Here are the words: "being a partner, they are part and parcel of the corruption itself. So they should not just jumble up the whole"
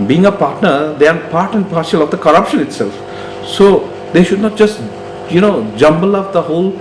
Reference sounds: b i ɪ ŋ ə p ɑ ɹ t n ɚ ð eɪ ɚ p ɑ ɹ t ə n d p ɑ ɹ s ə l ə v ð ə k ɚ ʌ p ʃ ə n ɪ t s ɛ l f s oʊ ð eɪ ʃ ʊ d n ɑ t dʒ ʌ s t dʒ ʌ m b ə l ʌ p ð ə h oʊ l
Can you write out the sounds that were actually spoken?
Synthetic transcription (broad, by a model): b i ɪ ŋ ə p ɑ ɹ t n ɚ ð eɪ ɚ p ɑ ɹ t ə n d p ɑ ɹ ʃ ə l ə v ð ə k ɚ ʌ p ʃ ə n ɪ t s ɛ l f s oʊ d eɪ ʃ ʊ d n ɑ t dʒ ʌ s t dʒ ʌ m b ə l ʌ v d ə h oʊ l